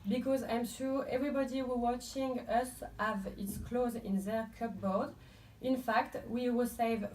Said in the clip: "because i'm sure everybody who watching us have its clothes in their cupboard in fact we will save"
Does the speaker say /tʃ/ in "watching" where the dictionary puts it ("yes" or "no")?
yes